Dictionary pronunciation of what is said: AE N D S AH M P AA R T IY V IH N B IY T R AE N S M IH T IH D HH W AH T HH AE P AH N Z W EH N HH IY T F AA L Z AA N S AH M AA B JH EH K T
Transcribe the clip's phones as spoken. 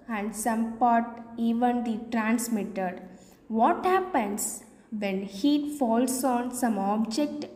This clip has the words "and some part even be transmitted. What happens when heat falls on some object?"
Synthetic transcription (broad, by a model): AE N D S AH M P AA R T IY V IH N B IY T R AE N S M IH T IH D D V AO T HH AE P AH N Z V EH N HH IY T F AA L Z AA N S AH M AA B JH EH K T